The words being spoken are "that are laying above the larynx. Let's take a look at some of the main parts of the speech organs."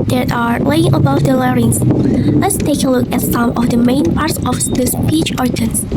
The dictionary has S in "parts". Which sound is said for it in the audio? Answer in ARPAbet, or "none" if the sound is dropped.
S